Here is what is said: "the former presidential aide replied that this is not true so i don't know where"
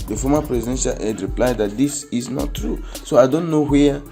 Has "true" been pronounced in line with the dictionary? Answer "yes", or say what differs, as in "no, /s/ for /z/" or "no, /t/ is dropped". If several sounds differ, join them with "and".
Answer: yes